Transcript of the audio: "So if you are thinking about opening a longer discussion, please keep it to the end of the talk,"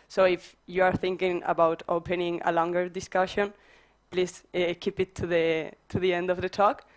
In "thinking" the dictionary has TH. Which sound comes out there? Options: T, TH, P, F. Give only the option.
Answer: TH